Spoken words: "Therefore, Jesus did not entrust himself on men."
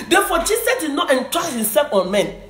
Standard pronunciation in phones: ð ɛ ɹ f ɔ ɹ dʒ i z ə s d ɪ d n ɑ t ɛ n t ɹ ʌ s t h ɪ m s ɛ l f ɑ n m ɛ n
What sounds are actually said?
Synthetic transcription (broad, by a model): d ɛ f ɔ dʒ i s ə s d ɪ d n ɑ t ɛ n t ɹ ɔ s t h ɪ m s ɛ l f ɑ n m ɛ n